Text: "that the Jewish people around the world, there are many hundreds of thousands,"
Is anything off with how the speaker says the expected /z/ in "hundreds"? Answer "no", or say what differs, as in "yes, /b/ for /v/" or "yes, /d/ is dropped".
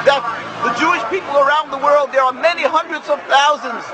no